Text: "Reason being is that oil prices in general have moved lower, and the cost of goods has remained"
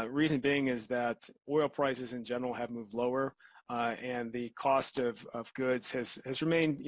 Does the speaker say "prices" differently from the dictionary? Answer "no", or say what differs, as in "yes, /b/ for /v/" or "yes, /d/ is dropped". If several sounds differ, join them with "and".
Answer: no